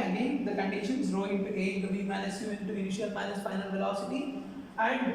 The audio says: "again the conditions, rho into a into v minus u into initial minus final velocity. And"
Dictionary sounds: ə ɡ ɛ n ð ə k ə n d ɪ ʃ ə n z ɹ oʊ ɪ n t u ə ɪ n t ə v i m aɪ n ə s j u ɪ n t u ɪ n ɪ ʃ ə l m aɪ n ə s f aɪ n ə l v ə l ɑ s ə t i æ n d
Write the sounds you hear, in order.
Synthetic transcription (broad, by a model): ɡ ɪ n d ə k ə n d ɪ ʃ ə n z ɹ oʊ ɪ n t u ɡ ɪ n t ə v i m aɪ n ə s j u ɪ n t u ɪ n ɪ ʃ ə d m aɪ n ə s f aɪ n ə l v ə l ɑ s ə t i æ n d